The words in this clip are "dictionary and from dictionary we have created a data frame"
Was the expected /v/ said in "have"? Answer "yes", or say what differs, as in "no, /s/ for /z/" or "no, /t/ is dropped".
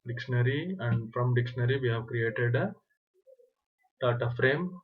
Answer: yes